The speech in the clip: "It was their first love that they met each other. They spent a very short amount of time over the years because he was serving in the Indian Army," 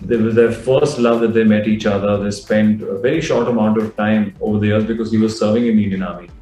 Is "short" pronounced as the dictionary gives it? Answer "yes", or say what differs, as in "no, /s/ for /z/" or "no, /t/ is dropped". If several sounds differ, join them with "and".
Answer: yes